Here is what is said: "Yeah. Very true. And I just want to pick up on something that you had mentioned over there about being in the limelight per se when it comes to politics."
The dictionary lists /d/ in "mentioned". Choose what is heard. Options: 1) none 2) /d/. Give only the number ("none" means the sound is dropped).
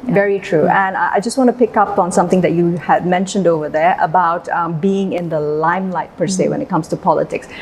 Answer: 2